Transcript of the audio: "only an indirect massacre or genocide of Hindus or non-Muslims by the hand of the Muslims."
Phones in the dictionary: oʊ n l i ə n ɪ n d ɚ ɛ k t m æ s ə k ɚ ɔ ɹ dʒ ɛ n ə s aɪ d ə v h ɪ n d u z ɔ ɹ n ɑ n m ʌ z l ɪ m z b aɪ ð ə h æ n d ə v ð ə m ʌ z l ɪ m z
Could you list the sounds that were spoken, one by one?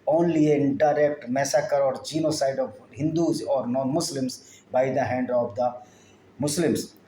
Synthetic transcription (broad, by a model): oʊ n l i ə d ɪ d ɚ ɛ k t m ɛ s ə k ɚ ɔ ɹ dʒ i n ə s aɪ d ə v h ɪ n d u z ɔ ɹ n ɑ n m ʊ s l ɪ m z b aɪ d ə h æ n d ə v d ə m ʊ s l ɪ m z